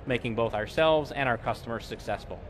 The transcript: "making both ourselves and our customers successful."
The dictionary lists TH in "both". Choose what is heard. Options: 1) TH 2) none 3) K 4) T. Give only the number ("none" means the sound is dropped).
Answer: 1